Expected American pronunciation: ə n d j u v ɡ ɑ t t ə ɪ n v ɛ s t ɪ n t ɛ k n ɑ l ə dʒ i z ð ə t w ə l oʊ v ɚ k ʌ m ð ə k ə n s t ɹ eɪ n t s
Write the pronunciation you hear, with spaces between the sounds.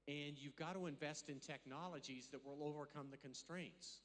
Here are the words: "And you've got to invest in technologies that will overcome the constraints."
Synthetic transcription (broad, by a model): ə n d j u v ɡ ɑ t t ə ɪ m v ɛ s t ɪ n t ɛ k n ɑ l ə dʒ i z ð ə t w ə l oʊ v ɚ k ʌ m ð ə k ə n s t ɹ eɪ n t s